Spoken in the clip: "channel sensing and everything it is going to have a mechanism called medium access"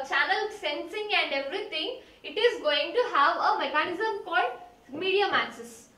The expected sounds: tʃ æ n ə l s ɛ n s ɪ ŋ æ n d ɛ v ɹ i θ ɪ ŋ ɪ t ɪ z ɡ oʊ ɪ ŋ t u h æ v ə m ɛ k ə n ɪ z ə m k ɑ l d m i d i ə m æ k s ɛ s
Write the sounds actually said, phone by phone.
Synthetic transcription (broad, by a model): tʃ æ n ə l s ɛ n s ɪ ŋ æ n d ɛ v ɹ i t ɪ ŋ ɪ t ɪ z ɡ oʊ ɪ ŋ t u h æ v ə m ɛ k ə n ɪ z ə m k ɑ d m i d i ə m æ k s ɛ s